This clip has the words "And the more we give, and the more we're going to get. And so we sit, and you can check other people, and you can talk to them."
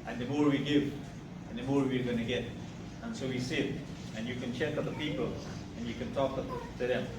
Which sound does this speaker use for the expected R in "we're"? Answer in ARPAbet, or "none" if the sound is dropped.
R